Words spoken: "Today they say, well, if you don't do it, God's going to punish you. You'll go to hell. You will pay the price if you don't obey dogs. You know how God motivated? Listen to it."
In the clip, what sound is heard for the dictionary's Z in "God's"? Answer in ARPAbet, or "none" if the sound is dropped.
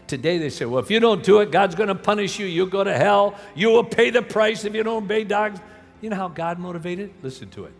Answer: Z